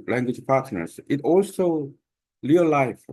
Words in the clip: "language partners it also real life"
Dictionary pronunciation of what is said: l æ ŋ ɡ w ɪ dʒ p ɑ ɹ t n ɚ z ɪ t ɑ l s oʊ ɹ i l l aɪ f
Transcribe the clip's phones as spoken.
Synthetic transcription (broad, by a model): l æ ŋ ɡ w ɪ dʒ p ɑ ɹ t n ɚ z ɪ t ɑ l s oʊ l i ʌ l aɪ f